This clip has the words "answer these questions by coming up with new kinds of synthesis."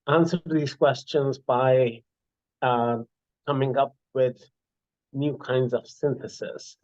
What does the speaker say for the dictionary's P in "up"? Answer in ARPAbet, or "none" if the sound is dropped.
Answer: P